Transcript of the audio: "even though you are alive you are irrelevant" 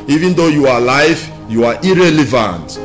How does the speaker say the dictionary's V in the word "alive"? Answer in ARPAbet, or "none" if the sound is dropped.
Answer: F